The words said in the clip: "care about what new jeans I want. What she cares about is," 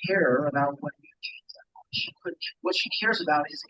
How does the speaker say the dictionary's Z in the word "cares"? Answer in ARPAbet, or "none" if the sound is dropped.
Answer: Z